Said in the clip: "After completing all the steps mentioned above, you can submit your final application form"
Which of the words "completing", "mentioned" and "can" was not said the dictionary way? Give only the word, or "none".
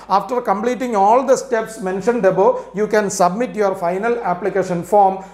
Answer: none